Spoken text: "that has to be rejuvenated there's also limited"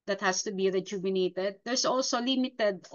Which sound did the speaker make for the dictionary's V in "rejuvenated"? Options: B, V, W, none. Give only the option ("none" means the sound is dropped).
B